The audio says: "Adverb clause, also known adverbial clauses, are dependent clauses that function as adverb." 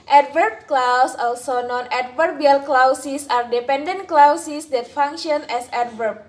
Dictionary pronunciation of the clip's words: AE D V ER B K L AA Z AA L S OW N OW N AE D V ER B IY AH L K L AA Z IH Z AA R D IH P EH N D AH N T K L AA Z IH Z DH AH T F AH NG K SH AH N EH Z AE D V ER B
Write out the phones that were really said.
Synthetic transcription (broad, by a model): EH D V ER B K L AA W AA L S OW N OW N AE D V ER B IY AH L K L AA S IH S AA R D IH P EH N D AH N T K L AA S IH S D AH T F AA NG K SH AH N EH S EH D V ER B